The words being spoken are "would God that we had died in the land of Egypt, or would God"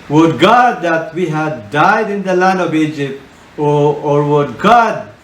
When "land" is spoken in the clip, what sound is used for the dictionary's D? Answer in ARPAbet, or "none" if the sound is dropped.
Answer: D